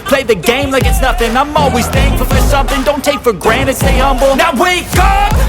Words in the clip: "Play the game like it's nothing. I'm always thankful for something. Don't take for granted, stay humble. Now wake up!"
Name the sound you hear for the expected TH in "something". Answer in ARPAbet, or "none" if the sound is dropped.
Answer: TH